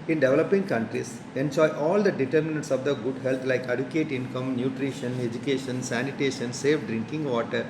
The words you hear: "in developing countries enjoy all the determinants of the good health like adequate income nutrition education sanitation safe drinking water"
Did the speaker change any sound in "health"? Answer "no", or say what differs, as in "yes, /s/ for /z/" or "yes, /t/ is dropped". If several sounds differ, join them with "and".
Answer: yes, /t/ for /θ/